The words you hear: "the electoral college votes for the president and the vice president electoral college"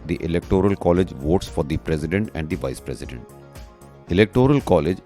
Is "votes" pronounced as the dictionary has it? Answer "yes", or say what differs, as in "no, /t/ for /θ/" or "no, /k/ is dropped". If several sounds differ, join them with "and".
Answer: yes